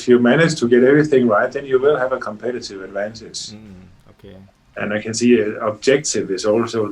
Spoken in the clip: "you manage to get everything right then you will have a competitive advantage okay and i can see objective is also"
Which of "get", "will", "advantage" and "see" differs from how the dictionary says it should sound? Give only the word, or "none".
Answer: advantage